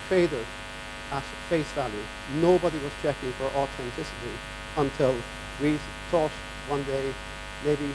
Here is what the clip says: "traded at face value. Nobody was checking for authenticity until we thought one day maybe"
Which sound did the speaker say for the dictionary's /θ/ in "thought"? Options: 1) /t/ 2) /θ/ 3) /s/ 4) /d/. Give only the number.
1